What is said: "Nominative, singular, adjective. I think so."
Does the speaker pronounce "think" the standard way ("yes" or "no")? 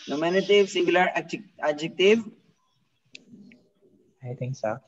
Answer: no